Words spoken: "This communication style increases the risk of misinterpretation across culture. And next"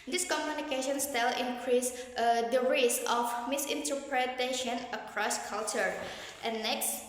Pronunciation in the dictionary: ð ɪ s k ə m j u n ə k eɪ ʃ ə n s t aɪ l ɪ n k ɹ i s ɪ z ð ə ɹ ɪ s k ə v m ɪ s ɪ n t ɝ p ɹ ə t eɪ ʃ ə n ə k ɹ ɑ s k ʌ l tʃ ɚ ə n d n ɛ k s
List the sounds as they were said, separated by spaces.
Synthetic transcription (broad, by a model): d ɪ s k ə m j u n ə k eɪ ʃ ə n s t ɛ l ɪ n k ɹ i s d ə ɹ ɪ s ə f m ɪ s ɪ n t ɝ p ɹ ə t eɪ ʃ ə n ə k ɹ ɑ s k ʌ l tʃ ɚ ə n n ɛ k s